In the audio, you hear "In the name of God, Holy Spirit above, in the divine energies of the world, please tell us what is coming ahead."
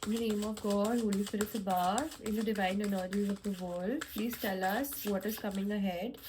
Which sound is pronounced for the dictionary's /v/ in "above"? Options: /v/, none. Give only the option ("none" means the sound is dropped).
none